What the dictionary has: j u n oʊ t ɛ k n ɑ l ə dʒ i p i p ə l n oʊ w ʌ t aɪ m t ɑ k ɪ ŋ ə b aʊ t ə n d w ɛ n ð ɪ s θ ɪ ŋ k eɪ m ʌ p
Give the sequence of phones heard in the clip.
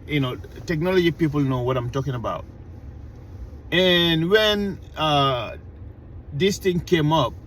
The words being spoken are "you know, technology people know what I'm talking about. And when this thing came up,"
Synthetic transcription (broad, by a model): j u n oʊ t ɛ k n ɑ l ə dʒ i p i p ə l n oʊ w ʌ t aɪ m t ɑ k ɪ ŋ ə b aʊ t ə n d w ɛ n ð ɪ s t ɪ ŋ k eɪ m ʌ p